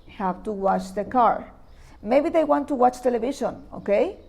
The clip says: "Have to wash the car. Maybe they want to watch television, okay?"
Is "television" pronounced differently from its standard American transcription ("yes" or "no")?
yes